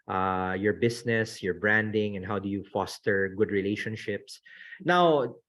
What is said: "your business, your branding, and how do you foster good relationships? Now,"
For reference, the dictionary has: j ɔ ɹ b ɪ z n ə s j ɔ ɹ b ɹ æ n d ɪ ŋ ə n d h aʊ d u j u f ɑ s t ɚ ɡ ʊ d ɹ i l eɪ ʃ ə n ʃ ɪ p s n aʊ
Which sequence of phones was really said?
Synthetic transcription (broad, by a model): j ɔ ɹ b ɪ s n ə s j ɔ ɹ b ɹ æ n d ɪ ŋ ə n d h aʊ d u j u f ɑ s t ɚ ɡ ʊ d ɹ i l eɪ ʃ ə n ʃ ɪ p s n aʊ